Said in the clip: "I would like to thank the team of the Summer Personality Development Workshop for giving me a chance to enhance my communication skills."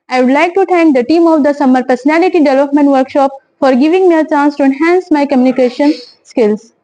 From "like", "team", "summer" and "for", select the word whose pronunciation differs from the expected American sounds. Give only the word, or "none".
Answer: none